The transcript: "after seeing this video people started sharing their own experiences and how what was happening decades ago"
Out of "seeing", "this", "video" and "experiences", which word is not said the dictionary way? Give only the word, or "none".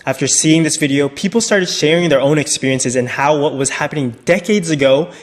none